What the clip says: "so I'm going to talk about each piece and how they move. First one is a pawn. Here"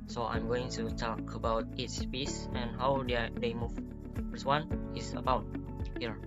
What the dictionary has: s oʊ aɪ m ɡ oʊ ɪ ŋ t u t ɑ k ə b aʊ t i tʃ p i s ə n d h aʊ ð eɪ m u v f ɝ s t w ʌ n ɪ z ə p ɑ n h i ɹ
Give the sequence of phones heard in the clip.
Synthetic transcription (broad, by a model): s oʊ aɪ m ɡ oʊ ɪ ŋ t u t ɑ k ə b aʊ t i s p i s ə n h aʊ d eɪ m u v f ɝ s w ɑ n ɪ s ə b ɑ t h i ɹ